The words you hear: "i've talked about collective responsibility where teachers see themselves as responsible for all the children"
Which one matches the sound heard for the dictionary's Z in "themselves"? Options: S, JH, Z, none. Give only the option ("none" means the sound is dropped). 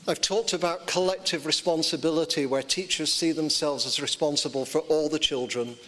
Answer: Z